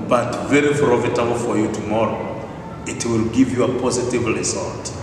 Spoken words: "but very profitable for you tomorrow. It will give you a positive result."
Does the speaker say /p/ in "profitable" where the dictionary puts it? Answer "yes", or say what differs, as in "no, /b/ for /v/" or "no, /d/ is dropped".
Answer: no, /f/ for /p/